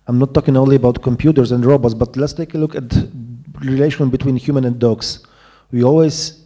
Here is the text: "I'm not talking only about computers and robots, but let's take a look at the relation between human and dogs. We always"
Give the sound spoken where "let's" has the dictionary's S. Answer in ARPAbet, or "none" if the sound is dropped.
S